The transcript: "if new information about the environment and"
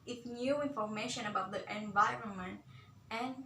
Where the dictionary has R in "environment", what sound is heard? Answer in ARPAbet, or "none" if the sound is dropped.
R